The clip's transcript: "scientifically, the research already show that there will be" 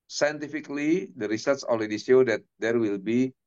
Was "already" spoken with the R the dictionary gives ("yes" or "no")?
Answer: no